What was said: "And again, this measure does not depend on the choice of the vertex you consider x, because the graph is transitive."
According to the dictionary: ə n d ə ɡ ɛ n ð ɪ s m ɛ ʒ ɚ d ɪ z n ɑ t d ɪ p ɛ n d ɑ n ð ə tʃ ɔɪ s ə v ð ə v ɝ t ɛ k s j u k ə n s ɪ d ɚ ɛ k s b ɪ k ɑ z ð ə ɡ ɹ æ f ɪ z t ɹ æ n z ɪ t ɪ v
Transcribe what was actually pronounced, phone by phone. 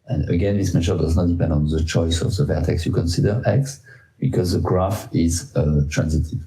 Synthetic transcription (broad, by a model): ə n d ə ɡ ɛ n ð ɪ s m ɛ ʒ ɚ d ɪ z n ɑ t d ɪ p ɛ n d ɑ n ð ə tʃ ɔɪ s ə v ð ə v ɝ t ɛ k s j u k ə n s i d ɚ ɛ k s b ɪ k ɑ z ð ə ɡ ɹ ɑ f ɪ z t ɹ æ n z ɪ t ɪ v